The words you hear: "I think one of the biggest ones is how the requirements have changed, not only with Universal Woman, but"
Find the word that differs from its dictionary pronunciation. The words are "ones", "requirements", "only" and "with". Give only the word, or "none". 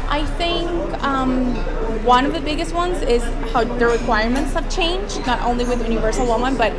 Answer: none